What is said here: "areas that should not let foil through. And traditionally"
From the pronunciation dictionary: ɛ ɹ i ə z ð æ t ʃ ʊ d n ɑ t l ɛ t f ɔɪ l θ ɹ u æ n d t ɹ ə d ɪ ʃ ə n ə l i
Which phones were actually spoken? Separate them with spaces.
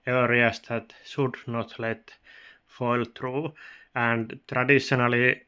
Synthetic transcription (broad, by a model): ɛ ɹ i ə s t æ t s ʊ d n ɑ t l ɛ t f ɔɪ l t ɹ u æ n d t ɹ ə d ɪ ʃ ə n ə l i